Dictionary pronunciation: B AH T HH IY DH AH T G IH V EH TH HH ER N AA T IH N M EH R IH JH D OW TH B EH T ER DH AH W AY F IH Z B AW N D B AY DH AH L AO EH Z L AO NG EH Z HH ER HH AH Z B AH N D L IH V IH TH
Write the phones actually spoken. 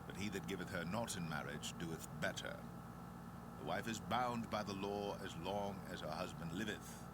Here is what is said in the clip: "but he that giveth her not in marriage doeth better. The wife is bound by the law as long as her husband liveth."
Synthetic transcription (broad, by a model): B AH T HH IY DH AH T G IH V EH TH HH ER N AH T IH N M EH R IH JH D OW TH B EH T ER DH AH W AY F IH Z B AW N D B AY DH AH L AO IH Z L AO NG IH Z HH ER HH AH Z B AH N D L IH V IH TH